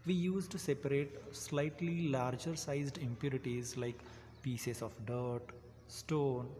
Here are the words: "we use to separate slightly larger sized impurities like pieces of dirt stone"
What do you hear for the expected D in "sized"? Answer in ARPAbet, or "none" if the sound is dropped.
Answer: D